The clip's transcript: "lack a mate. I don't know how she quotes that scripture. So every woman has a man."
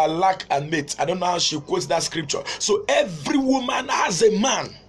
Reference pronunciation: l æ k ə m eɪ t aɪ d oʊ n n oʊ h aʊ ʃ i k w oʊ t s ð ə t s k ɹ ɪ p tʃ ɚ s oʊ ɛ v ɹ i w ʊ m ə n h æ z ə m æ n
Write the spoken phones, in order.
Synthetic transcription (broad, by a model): l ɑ k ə m eɪ t aɪ d oʊ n n oʊ h aʊ ʃ i k w oʊ t s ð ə t s k ɹ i p tʃ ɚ s oʊ ɛ v ɹ i w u m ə n h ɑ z ə m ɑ n